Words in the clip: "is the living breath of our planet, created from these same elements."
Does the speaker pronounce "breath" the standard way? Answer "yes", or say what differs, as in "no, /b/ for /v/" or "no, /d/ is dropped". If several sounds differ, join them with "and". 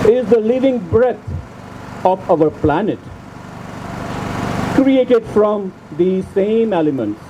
no, /t/ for /θ/